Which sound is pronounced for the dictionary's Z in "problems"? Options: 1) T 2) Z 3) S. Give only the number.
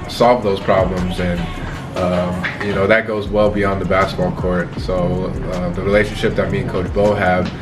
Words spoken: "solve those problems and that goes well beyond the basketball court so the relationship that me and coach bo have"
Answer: 2